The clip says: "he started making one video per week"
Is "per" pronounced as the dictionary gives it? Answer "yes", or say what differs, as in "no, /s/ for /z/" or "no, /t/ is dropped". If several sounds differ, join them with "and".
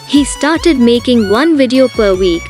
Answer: yes